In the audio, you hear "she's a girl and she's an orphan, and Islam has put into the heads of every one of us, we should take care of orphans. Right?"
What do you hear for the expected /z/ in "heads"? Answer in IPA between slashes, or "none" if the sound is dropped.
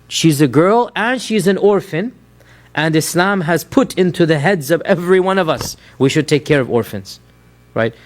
/z/